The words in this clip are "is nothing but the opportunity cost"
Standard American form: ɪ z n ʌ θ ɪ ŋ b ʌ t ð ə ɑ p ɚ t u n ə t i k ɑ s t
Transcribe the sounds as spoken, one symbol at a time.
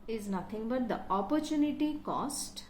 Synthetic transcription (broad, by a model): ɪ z n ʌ t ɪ ŋ b ʌ t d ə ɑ p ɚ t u n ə t i k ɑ s t